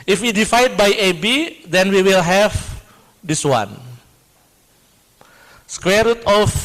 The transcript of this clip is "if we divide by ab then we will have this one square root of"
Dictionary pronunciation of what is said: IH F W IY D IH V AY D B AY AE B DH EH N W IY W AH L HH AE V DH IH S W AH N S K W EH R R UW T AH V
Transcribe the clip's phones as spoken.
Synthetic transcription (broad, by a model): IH F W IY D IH F AY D B AY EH B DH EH N W IY W AH L HH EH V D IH S W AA N S K W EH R R UW T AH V